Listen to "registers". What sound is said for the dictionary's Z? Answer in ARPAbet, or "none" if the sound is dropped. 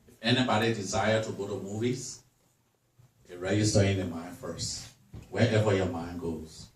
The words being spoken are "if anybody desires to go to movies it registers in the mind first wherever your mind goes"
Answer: none